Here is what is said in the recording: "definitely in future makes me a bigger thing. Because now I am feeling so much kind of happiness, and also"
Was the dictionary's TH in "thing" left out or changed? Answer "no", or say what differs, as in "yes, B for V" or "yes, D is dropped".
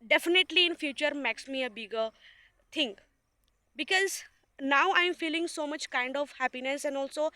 yes, T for TH